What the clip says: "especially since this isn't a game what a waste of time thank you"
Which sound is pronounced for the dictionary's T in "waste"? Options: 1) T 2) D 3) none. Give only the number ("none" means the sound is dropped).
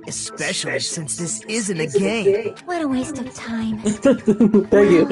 1